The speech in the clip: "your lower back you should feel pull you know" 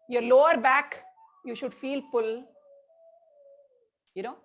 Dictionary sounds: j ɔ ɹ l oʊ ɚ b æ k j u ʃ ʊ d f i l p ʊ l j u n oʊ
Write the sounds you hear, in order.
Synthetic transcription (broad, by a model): j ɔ ɹ l oʊ ɚ b æ k j u ʃ ʊ d f i l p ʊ l j u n oʊ